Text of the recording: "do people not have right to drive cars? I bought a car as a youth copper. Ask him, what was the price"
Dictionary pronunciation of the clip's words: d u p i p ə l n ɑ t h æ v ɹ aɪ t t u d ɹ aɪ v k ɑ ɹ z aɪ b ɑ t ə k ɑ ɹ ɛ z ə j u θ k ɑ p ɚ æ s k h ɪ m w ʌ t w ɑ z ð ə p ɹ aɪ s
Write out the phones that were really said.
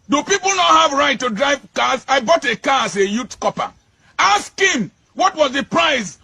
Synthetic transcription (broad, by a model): d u p i p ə l n ɑ t h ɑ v ɹ aɪ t t u d ɹ aɪ v k ɑ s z aɪ b ɑ t ə k ɑ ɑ s ə j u t k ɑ p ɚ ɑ s k h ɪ m w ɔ t w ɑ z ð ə p ɹ aɪ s